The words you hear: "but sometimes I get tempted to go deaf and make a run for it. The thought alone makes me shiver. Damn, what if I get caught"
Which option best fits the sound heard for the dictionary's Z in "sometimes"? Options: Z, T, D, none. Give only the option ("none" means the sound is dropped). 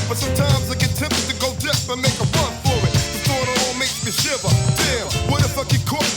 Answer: Z